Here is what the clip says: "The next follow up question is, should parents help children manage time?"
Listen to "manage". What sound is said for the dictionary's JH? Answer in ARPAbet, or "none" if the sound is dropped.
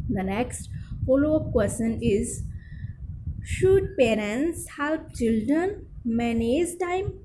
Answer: Z